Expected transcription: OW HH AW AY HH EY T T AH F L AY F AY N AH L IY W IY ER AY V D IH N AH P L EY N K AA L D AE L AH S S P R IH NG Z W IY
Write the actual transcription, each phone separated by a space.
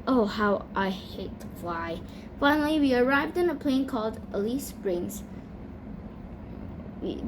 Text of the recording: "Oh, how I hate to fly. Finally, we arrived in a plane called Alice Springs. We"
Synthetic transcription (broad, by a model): OW HH AW AY HH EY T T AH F AY F AY N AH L IY W IY ER AY V D IH N AH P L EY N K AA L D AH L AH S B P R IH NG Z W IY